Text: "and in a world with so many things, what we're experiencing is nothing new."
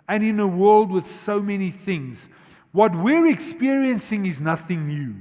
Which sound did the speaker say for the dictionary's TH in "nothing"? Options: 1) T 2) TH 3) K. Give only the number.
2